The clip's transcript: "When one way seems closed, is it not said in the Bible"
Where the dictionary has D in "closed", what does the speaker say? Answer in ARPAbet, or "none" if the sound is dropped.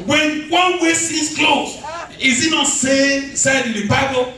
none